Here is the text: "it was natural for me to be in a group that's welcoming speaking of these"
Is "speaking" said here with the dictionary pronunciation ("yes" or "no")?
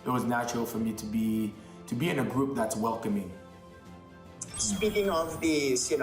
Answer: no